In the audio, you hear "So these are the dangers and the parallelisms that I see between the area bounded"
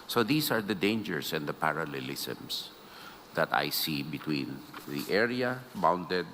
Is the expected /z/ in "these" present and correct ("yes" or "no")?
no